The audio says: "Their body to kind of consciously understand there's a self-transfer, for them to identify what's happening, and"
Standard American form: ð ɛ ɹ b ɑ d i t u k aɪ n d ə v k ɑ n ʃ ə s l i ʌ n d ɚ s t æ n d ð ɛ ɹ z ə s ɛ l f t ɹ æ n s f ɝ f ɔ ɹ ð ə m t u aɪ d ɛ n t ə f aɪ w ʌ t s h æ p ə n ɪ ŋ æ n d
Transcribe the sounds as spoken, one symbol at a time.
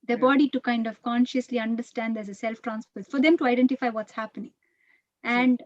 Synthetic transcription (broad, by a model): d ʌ b ɑ d i t u k aɪ n d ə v k ɑ n ʃ ə s l i ʌ n d ɚ s t æ n d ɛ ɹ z ə s ɛ l f t ɹ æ n s p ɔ f ɔ ɹ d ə m t u aɪ d ɛ n t ə f aɪ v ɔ t s h æ p ə n ɪ ŋ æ n d